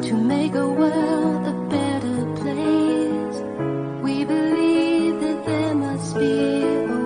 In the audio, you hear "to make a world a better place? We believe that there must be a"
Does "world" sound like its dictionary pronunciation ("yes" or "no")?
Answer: no